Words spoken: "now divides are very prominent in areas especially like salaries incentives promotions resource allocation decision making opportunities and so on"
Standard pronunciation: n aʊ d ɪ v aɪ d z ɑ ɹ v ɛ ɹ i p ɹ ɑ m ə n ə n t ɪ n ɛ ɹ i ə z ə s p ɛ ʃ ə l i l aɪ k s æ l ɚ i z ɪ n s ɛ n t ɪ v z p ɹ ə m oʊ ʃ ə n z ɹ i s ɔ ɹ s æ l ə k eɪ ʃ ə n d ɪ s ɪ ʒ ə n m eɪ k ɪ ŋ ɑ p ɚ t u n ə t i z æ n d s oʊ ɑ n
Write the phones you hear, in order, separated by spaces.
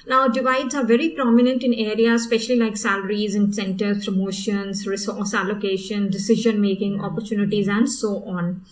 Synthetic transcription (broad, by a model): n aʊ d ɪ v aɪ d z ɑ ɹ v ɛ ɹ i p ɹ ɑ m ə n ə n t ɪ n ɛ ɹ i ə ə s p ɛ ʃ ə l i l aɪ k s æ l ɚ i z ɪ n s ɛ n t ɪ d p ɹ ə m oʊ ʃ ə n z ɹ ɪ s ɔ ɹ s æ l ə k eɪ ʃ ə n d ɪ s ɪ ʒ ə n m eɪ k ɪ ŋ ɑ p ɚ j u n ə t i z æ n d s oʊ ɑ n